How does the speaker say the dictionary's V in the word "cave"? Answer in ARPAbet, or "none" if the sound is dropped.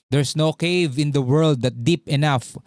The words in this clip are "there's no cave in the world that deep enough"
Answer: V